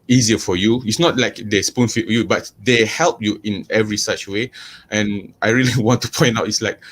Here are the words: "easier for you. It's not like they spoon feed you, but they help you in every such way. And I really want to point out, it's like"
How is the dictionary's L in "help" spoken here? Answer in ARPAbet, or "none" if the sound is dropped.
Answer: L